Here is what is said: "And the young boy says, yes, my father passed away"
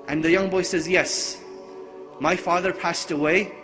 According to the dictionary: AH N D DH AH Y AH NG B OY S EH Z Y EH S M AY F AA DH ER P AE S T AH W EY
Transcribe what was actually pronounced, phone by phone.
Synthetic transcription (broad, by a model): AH N DH AH Y AH NG B OY S EH Z Y EH S M AY F AA DH ER P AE S T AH W EY